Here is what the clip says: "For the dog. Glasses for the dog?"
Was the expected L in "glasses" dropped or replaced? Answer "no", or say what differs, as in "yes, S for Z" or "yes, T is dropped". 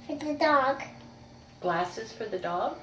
no